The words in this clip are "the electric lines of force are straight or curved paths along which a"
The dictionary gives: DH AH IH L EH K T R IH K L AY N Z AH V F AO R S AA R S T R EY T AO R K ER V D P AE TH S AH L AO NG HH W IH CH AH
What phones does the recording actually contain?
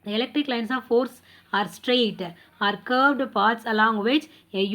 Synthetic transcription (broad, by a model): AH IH L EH K T R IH K L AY N S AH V F AO R S AA R S T R EY T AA R K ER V D P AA T S AH L AO NG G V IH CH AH